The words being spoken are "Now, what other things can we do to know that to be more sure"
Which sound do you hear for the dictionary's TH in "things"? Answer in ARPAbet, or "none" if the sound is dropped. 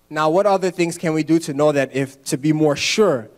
TH